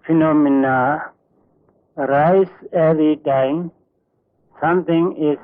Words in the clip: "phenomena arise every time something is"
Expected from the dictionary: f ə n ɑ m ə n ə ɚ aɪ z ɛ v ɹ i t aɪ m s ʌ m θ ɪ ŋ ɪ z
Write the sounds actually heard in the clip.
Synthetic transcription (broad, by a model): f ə n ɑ m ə n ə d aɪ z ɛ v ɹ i t aɪ m s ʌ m t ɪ ŋ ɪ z